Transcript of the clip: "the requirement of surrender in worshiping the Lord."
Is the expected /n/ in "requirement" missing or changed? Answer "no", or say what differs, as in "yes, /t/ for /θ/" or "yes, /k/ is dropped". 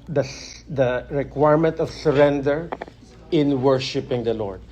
no